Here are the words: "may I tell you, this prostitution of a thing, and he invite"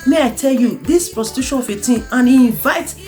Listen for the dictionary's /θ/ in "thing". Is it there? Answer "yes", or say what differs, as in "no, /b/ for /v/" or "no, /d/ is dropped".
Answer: no, /t/ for /θ/